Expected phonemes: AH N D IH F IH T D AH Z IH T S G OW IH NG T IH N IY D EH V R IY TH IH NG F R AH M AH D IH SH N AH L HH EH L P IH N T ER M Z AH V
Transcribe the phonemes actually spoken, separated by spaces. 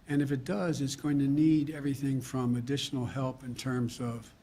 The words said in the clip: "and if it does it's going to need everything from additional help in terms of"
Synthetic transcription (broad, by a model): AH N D IH F IH T D AH Z IH T S G OW IH NG T IH N IY D EH V R IY TH IH NG F R AH M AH D IH SH N L HH EH L P IH N T ER M Z AH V